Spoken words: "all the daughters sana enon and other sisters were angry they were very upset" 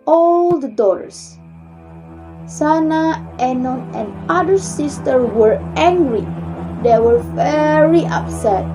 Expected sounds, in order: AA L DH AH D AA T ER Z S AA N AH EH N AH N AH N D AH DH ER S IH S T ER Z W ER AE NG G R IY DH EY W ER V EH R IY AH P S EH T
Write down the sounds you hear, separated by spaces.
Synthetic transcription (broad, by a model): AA L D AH D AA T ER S S AA N AH EH N AH N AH N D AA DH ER S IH S T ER W ER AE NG G R IY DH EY W ER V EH R IY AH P S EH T